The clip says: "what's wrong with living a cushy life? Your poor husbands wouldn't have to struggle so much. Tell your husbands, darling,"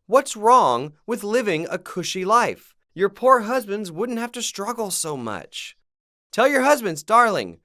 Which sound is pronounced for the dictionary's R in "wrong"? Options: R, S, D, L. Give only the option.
R